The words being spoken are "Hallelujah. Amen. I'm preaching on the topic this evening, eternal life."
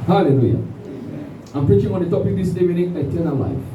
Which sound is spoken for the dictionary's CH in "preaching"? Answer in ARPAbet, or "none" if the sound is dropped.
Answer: CH